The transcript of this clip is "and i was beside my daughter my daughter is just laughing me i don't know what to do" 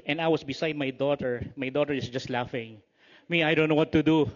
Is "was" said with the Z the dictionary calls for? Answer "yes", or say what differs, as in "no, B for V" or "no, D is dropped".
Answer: no, S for Z